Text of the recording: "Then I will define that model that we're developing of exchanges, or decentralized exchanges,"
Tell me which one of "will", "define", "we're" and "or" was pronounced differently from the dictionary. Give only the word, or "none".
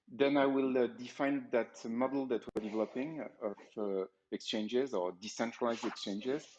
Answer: none